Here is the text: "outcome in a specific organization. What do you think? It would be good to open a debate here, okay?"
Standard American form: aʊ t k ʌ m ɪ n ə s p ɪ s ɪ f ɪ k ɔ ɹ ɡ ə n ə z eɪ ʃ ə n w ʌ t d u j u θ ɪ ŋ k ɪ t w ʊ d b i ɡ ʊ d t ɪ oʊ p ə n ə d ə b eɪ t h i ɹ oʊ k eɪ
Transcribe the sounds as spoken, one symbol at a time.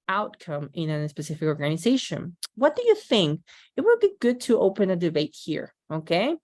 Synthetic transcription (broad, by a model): aʊ t k ʌ m ɪ n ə s p ɪ s ɪ f ɪ k ɔ ɹ ɡ ə n ə z eɪ ʃ ə n w ʌ t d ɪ j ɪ θ ɪ ŋ k ɪ t w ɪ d b i ɡ ʊ d t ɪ oʊ p ə n ə d ə b eɪ t h i ɹ oʊ k eɪ